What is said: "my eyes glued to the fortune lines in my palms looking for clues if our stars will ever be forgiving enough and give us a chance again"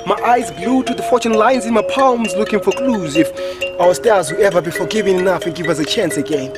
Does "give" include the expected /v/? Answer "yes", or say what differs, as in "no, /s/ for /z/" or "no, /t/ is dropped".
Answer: yes